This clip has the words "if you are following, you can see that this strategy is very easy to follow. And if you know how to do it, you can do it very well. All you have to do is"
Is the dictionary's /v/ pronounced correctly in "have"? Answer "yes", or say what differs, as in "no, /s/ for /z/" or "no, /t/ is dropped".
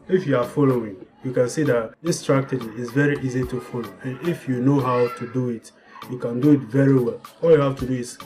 no, /f/ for /v/